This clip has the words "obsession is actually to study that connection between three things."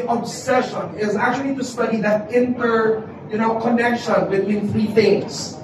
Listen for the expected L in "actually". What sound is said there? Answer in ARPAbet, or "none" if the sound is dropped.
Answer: L